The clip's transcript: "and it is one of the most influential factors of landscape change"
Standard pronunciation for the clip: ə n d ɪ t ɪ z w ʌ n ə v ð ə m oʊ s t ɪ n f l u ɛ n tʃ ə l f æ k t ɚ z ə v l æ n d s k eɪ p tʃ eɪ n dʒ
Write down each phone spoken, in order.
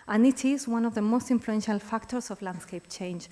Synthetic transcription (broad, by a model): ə n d ɪ t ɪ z w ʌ n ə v ð ə m oʊ s t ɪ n f l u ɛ n ʃ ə l f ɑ k t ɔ s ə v l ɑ n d s k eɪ p tʃ eɪ n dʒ